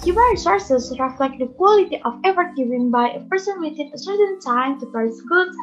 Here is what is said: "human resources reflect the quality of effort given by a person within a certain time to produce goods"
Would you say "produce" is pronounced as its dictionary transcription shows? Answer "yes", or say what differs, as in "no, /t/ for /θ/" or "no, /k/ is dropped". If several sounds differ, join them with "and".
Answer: no, /ɹ/ is dropped